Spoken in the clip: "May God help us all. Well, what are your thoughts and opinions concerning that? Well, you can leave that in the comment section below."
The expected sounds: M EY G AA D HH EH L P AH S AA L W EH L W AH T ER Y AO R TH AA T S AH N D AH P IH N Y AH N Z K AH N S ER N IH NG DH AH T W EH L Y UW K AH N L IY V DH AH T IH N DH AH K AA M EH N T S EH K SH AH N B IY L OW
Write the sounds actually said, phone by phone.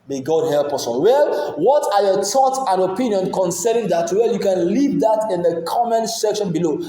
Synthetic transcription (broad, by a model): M EY G AA D HH EH L P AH S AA W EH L W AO T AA Y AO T AA T AH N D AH P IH N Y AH N K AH N S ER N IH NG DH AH T W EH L Y UW K AH N L IY V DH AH T IH N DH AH K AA M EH N S EH K SH AH N B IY L OW